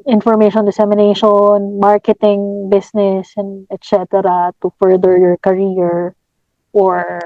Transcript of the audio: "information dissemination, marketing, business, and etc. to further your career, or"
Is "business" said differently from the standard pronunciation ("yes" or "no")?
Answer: yes